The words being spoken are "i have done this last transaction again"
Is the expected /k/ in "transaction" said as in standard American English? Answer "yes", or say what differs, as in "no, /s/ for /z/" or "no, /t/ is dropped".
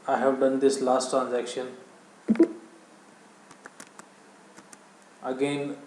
yes